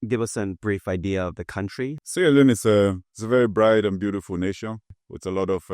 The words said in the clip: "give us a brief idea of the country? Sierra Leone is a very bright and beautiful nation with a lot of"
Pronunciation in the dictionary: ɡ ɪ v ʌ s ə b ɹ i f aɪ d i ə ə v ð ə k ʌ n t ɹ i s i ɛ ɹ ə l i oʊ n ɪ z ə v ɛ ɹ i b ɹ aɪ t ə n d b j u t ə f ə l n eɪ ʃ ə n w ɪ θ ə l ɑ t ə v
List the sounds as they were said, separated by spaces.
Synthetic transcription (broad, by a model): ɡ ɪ v ʌ s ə b ɹ i f aɪ d i ə ə v ð ə k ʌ n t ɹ i s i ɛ l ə n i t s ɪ s ə v ɛ ɹ i b ɹ aɪ t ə n b j u t ə f ə l n eɪ ʃ ə n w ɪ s ə l ɑ t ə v